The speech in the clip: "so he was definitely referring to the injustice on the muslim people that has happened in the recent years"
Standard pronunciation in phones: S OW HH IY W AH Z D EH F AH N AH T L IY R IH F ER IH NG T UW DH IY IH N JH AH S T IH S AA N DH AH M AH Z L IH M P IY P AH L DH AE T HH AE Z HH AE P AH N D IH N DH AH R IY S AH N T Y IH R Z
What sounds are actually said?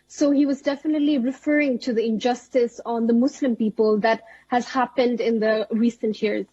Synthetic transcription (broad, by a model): S OW HH IY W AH Z D EH F AH N AH T L IY R IH F ER IH NG T UW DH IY IH N JH AH S T IH S AA N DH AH M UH S L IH M P IY P AH L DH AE T HH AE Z HH AE P AH N D IH N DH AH R IY S AH N T Y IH R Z